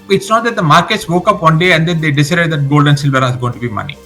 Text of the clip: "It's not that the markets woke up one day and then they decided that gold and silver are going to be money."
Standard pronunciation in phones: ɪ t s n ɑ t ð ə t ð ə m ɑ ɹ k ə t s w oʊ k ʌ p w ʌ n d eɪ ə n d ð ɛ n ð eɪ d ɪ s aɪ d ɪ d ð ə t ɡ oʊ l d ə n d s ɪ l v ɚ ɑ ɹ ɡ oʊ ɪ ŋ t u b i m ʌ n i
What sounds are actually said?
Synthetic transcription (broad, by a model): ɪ t s n ɑ t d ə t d ə m ɑ ɹ k ə t s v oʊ k ʌ p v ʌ n d eɪ ə n d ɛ n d eɪ d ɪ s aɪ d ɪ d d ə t ɡ oʊ l d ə n s ɪ l v ɚ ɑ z ɡ oʊ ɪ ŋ t u b i m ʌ n i